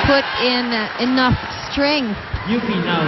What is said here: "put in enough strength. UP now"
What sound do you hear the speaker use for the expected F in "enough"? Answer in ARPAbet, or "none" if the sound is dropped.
F